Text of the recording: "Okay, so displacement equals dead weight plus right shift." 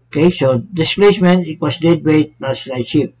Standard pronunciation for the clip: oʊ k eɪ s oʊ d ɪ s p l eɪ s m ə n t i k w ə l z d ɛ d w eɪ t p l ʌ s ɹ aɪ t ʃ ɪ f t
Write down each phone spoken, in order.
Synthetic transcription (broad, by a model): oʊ k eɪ s oʊ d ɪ s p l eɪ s m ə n i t w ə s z d ɛ d w eɪ t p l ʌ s l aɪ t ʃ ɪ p